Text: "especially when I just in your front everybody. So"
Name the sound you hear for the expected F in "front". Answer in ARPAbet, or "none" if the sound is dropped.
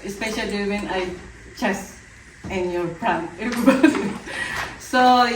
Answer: P